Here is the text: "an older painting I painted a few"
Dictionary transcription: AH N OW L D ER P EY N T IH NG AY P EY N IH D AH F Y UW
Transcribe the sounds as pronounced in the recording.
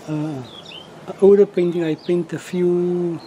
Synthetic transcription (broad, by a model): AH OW W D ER P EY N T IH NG AY P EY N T AH F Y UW